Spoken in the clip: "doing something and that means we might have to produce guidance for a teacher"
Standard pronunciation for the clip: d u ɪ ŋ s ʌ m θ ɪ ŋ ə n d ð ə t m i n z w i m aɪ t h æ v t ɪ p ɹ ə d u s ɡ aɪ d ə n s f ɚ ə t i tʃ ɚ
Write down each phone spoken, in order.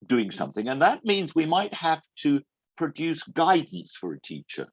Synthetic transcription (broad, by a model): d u ɪ ŋ s ʌ m θ ɪ ŋ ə n ð ə t m i n z w i m aɪ t h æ f t ɪ p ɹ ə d u s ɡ aɪ d n s f ɚ ə t i tʃ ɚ